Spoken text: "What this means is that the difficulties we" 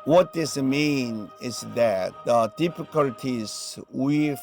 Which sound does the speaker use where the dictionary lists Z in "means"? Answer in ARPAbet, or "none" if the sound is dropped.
none